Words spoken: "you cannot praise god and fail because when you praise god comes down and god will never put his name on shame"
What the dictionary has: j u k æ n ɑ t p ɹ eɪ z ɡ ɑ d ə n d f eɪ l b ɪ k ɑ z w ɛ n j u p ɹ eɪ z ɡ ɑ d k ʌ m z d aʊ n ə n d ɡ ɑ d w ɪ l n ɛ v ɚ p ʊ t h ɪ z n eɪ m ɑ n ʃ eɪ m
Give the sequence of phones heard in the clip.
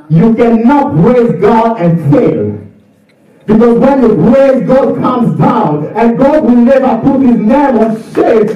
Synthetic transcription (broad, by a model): j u k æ n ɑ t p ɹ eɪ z ɡ ɑ d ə n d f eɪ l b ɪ k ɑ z w ɛ n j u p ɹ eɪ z ɡ ɑ d k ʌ m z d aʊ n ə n ɡ ɑ d w ɪ l n ɛ v ɚ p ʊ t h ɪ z n eɪ m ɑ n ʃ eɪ